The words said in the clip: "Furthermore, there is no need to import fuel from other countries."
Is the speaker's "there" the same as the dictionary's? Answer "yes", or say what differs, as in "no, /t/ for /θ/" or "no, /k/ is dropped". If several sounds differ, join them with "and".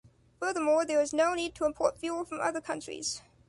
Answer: no, /w/ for /ɹ/